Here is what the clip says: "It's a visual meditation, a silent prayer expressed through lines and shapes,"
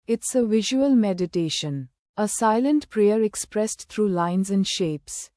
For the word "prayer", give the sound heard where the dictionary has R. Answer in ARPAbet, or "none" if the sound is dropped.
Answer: R